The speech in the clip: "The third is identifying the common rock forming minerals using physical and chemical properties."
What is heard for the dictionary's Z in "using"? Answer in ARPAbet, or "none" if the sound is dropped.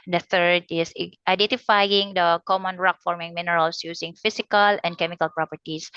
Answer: S